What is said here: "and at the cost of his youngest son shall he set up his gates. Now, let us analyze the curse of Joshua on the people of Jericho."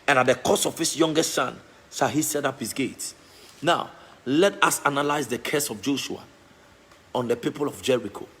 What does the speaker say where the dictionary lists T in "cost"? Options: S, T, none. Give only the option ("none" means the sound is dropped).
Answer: none